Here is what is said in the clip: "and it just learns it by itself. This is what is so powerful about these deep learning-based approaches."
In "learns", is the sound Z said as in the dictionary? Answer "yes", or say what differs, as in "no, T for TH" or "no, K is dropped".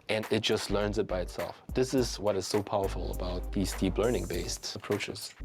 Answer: yes